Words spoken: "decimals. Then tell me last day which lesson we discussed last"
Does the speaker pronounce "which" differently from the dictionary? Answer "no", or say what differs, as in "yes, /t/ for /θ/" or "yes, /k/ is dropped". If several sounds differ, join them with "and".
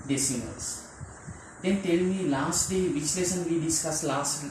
yes, /s/ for /tʃ/